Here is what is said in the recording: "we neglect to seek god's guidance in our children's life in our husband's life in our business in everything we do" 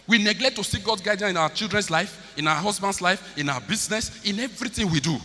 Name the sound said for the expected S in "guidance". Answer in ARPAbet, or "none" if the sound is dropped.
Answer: none